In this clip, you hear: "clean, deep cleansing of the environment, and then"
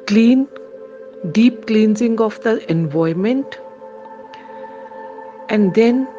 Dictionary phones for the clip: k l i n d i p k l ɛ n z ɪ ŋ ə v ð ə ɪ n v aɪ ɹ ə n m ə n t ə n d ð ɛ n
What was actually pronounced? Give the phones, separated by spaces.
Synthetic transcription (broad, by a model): k l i n d i p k l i n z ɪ ŋ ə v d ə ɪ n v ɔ ə m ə n t ə n d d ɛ n